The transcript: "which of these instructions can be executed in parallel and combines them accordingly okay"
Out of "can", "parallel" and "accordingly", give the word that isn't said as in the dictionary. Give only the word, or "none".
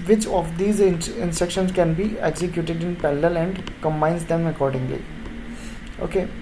parallel